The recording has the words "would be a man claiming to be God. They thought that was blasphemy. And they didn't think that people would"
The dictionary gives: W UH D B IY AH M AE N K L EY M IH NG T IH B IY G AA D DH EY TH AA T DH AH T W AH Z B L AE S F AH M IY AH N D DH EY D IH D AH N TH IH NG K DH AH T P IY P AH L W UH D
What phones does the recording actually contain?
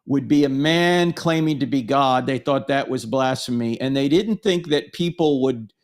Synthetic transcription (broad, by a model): W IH D B IY AH M AE N K L EY M IH NG T IH B IY G AA D DH EY TH AA T DH AH T W AH Z B L AE S AH M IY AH N DH EY D IH D N TH IH NG K DH AH T P IY P L W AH D